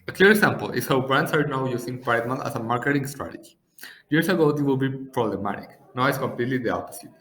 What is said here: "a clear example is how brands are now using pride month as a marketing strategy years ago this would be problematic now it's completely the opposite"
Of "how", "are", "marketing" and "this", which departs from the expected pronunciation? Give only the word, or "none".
this